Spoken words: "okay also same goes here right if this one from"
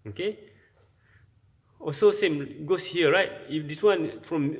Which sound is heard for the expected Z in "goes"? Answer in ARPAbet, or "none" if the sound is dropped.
S